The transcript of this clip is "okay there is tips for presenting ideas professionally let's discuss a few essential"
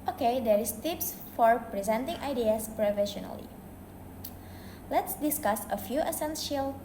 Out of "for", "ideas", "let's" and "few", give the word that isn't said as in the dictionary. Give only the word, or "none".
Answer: ideas